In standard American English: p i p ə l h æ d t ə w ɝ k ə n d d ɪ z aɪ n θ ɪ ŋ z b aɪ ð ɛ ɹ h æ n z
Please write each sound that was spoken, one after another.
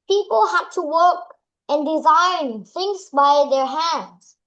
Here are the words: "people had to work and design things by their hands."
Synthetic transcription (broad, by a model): p i p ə l h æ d t ə w ɝ k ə n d d ɪ z aɪ n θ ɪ ŋ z b aɪ ð ɛ ɹ h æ n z